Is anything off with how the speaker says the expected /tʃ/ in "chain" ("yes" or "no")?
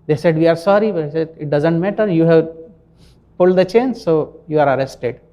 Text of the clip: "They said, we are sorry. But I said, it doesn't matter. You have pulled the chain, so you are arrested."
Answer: no